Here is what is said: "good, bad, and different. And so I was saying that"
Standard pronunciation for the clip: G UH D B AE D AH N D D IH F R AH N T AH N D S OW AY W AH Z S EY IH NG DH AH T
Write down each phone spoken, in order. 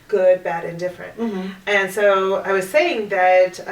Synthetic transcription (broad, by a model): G UH D B AE D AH N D D IH F R AH N T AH N S OW AY W AH Z S EY IH NG DH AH T